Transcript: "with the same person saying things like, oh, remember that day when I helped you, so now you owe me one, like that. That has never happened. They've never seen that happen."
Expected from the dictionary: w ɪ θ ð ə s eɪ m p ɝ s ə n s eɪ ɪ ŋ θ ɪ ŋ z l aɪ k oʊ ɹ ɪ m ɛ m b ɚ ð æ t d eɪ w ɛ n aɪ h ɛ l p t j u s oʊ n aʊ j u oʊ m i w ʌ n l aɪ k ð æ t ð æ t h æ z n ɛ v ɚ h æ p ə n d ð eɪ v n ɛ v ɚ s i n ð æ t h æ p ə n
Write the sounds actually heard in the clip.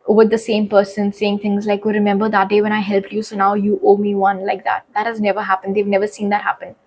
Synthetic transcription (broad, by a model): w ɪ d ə s eɪ m p ɝ s ə n s eɪ ɪ ŋ t ɪ ŋ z l aɪ k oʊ ɹ ɪ m ɛ m b ɚ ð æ t d eɪ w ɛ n aɪ h ɛ l p t j u s oʊ n aʊ j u oʊ m i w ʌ n l aɪ k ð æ t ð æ t h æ z n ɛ v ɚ h æ p ə n d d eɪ v n ɛ v ɚ s i n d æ t h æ p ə n